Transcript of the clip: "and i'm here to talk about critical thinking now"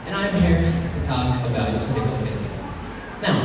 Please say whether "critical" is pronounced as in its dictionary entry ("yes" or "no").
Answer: no